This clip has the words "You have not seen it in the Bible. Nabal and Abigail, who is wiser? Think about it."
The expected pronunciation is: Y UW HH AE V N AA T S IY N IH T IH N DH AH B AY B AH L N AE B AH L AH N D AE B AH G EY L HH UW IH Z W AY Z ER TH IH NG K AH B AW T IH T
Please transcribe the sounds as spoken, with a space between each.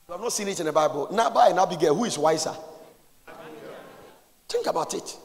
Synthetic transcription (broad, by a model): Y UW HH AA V N AA T S IY N IH T IH N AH B AY B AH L N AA B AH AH N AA B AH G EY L HH UW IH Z W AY S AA T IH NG K AH B AW T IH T